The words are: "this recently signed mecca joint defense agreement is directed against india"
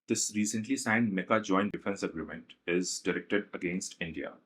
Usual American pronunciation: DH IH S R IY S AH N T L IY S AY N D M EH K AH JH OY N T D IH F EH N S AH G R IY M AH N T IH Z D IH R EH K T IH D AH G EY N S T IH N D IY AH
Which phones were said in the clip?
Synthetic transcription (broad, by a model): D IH S R IY S AH N T L IY S AY N D M EH K AH JH OY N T D IH F EH N S AH G R IY M AH N T IH Z D IH R EH K T IH D AH G EY N S T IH N D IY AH